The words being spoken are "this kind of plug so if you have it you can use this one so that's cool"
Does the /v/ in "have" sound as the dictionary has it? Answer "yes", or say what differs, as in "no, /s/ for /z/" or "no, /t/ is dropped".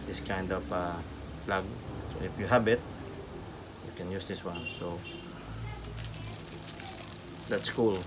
no, /b/ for /v/